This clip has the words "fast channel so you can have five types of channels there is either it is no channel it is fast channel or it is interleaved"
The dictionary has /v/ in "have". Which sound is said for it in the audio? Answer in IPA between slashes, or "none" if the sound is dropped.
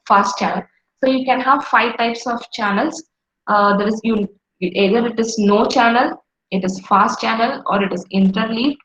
/v/